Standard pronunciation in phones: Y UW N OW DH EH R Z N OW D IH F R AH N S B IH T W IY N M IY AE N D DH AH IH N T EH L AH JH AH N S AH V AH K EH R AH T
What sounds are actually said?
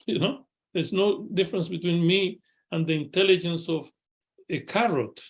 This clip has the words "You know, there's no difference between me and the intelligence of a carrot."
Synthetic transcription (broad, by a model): Y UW N OW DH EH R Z N OW D IH F R AH N S B IH T W IY N M IY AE N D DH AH IH N T EH L AH JH AH N S AH V AH K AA R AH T